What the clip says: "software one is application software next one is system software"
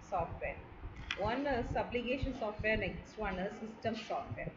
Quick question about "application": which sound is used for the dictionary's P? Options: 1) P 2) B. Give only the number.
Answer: 2